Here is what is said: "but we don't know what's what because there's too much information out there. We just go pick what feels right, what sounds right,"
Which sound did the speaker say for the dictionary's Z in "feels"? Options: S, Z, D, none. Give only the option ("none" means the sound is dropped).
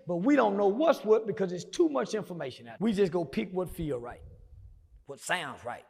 none